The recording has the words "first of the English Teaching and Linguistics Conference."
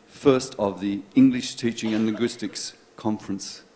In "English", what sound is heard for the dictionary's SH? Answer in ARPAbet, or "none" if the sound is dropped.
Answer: SH